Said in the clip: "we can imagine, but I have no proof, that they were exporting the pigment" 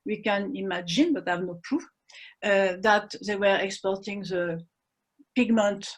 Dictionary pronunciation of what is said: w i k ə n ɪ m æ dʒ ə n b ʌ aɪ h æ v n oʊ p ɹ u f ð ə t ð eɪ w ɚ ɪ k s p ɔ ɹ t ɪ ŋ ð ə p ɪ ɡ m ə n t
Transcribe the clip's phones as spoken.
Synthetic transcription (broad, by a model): w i k ə n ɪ m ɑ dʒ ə n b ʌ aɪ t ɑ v n oʊ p u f ð ə t ð eɪ w ɚ ɪ k s p ɔ ɹ t ɪ ŋ ð ə p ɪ ɡ m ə n t